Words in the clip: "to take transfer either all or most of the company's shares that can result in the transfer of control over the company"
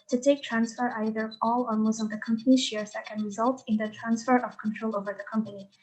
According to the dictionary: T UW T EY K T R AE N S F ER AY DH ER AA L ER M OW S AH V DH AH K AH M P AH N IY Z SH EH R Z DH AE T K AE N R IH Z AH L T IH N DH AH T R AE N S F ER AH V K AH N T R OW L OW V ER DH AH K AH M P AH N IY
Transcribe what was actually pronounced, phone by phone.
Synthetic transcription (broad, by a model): T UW T EY K T R AE N S F ER AY DH ER AA L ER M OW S AH V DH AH K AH M P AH N IY SH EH R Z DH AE T K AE N R IH Z AH L T IH N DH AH T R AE N S F ER AH V K AH N T R OW L OW V ER DH AH K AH M P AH N IY